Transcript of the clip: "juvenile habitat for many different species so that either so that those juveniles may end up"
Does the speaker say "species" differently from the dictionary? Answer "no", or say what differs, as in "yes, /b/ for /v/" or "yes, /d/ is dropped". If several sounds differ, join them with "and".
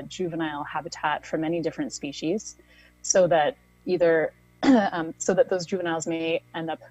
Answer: no